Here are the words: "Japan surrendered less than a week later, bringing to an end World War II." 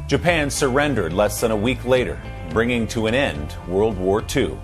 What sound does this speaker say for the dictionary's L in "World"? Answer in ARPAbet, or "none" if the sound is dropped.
L